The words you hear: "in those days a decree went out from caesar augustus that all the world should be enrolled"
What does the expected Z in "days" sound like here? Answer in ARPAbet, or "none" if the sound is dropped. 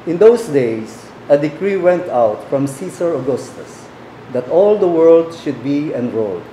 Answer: S